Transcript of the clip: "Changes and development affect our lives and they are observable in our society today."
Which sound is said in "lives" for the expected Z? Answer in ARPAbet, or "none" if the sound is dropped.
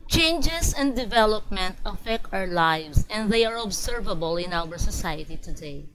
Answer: S